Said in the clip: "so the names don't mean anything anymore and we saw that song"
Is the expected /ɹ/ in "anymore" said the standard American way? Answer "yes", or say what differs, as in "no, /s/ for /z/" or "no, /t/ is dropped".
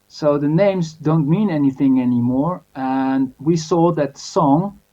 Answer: yes